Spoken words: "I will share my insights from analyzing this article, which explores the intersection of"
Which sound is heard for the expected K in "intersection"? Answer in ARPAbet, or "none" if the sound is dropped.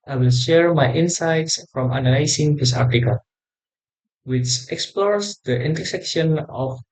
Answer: K